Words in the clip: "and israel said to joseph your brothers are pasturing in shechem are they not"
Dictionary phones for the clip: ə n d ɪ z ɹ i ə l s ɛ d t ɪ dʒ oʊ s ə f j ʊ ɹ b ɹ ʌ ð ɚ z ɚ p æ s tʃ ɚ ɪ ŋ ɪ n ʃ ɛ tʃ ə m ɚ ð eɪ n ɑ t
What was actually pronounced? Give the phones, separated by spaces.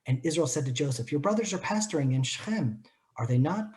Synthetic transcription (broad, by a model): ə n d ɪ z ɹ i ə l s ɛ d t ɪ dʒ oʊ s ə f j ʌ ɹ b ɹ ʌ ð ɚ z ɚ p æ s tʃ ɚ ɪ ŋ ɪ n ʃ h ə m ɚ ð eɪ n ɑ t